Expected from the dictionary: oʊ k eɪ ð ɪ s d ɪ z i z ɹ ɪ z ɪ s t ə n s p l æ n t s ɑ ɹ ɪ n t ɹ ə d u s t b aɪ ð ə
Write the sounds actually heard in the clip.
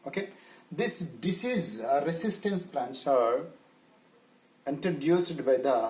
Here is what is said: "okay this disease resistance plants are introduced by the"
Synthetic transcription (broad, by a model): oʊ k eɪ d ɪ s d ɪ s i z ɹ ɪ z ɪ s t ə n s p l æ n t s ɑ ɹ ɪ n t ɹ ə d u s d b aɪ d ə